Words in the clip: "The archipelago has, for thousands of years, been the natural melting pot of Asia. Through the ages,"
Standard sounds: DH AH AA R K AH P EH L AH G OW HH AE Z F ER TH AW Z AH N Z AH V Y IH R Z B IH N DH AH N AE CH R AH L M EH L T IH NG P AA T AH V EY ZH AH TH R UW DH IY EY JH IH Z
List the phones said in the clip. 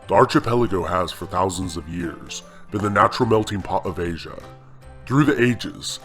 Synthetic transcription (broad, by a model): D AA R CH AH P EH L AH G OW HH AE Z F ER TH AW Z AH N Z AH V Y IH R Z B IH N DH AH N AE CH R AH L M EH L T IH NG P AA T AH V EY ZH AH TH R UW DH IY EY JH IH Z